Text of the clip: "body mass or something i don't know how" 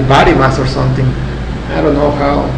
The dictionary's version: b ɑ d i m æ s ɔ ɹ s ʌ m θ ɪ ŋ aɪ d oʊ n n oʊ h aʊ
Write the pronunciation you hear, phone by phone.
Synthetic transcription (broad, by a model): b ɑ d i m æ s ɔ ɹ s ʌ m t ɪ ŋ aɪ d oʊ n n oʊ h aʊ